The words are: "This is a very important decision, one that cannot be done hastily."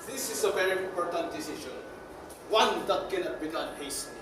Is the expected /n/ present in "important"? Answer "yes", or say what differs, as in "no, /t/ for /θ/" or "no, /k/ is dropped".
yes